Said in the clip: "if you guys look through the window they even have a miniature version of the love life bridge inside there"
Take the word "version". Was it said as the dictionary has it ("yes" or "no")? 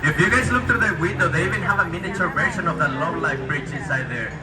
no